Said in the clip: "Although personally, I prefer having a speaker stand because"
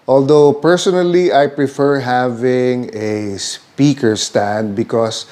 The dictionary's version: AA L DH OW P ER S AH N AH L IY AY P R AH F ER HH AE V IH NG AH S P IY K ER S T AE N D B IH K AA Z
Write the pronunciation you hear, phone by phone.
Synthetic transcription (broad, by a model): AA L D OW P ER S AH N AH L IY AY P R AH F ER HH AE V IH NG AH S P IY K ER S T AE N D B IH K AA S